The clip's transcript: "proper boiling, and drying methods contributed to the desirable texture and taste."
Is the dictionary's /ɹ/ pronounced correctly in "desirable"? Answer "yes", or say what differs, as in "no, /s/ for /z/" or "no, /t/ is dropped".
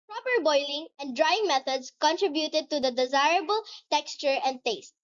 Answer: yes